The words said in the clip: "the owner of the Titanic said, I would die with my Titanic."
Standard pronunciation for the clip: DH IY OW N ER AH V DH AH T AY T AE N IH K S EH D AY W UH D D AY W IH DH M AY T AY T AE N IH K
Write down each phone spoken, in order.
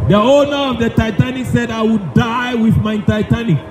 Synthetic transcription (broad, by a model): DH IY OW N ER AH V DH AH T AY T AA N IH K S EH D AY W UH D D AY W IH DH M AY T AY T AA N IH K